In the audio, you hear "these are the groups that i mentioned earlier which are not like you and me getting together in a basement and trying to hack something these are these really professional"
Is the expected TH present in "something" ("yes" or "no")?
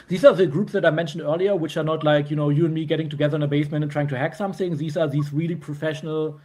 yes